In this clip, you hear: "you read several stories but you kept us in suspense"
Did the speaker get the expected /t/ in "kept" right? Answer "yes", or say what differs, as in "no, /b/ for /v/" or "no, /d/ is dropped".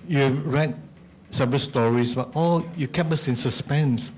no, /t/ is dropped